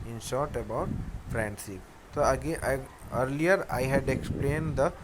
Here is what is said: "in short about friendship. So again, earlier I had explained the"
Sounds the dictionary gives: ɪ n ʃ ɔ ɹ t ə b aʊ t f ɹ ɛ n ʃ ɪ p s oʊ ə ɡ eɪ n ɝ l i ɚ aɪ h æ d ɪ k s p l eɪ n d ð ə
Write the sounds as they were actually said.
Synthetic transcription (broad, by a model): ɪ n ʃ ɔ ɹ t ə b aʊ t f ɹ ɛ n s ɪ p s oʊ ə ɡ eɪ ɝ l i ɚ aɪ h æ d ɪ k s p l eɪ n d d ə